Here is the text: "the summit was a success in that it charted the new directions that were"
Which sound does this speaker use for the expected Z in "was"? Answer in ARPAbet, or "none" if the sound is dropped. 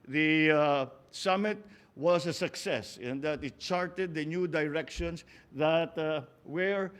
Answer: S